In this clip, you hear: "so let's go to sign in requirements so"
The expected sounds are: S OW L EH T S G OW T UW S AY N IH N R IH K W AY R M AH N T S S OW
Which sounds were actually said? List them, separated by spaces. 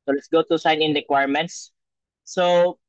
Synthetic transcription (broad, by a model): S OW L EH T S G OW T UW S AY N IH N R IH K W AY R M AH N T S S OW